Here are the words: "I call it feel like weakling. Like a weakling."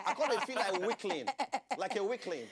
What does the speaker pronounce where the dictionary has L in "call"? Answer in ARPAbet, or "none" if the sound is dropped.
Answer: N